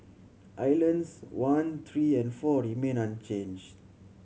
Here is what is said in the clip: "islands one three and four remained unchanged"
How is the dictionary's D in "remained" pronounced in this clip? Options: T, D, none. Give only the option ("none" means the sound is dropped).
none